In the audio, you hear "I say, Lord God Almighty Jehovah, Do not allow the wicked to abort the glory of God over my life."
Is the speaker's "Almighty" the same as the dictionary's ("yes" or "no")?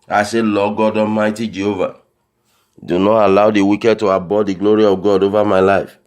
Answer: no